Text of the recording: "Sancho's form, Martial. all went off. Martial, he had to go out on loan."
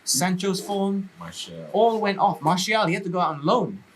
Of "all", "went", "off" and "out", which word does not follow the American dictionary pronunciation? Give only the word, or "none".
none